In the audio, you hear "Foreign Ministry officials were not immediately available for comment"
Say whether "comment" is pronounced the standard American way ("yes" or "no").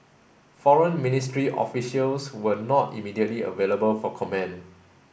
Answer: no